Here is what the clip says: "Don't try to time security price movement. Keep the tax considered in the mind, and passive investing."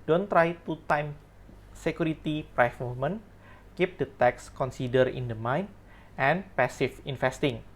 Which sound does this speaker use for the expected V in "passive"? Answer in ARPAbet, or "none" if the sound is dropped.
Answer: F